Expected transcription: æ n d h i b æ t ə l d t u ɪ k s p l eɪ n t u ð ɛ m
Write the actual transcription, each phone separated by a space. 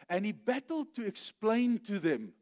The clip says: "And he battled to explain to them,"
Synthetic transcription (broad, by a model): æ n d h i b æ t ə l d t u ɪ k s p l eɪ n t u ð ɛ m